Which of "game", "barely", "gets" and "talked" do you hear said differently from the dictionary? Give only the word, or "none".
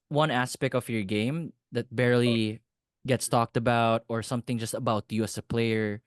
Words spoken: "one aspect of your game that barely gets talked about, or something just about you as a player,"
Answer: none